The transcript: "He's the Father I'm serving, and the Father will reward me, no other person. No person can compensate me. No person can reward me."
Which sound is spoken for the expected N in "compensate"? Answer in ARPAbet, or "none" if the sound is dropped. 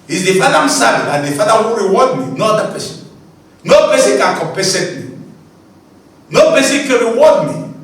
none